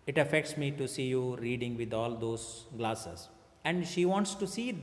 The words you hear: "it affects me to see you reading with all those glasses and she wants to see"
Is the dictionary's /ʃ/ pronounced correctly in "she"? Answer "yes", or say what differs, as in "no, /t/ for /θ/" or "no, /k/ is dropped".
yes